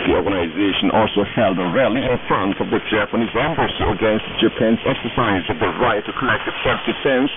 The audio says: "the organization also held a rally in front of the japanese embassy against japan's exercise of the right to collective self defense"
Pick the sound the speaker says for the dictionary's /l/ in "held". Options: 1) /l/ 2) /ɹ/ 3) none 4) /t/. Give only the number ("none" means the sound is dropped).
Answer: 1